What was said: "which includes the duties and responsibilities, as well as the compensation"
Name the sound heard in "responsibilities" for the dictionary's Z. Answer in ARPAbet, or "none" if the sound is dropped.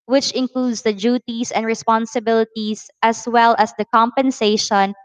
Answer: S